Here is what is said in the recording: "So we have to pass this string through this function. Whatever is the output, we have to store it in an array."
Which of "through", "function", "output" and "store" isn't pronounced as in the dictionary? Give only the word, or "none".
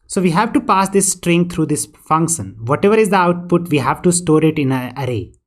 through